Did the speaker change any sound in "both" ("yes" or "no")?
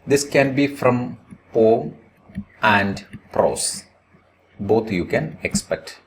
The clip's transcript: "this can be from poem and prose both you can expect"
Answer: yes